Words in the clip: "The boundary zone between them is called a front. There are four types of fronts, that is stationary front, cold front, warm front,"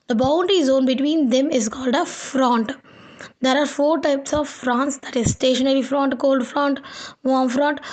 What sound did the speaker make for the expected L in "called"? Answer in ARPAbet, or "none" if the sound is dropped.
L